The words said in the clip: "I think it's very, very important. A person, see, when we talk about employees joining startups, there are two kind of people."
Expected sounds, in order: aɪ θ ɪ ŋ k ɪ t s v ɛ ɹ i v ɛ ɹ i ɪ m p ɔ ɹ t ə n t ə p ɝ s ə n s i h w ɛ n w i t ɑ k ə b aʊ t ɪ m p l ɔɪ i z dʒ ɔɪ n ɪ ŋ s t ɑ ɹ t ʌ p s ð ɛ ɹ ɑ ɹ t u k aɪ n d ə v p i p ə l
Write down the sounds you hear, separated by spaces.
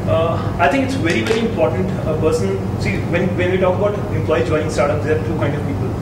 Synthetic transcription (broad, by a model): aɪ t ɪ ŋ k ɪ t s v ɛ ɹ i v ɛ ɹ i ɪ m p ɔ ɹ t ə n t ə p ɝ s ə n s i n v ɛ n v i t ɑ k ə b aʊ t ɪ m p l ɔɪ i dʒ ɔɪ ɪ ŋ s t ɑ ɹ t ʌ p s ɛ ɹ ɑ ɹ t u k aɪ n d ə v p i p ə l